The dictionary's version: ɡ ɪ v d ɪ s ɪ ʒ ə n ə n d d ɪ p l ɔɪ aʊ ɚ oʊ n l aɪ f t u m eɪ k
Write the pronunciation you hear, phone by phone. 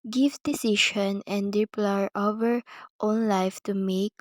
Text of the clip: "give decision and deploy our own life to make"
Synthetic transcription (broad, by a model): ɡ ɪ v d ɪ s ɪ ʃ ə n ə n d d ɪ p l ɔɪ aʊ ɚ oʊ n l aɪ f t u m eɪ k